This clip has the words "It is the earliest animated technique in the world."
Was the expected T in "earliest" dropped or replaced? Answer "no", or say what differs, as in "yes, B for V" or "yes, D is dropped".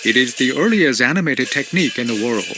yes, T is dropped